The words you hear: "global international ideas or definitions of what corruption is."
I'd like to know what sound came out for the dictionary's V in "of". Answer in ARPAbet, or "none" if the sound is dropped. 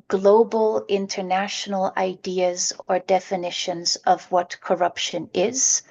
V